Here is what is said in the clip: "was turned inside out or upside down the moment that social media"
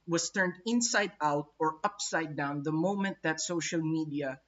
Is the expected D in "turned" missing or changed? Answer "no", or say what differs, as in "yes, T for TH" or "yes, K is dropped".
no